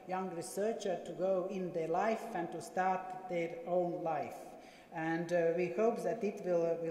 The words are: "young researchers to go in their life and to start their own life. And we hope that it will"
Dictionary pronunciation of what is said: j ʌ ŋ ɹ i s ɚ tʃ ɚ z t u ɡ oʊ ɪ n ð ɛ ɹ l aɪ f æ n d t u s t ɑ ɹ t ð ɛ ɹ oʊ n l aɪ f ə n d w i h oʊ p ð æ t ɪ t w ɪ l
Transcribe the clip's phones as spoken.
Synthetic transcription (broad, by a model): j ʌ ŋ ɹ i s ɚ tʃ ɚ t u ɡ oʊ ɪ n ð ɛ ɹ l aɪ f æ n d t u s t ɑ ɹ t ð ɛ ɹ oʊ n l aɪ f ə n d w i h oʊ p ð æ t ɪ t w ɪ l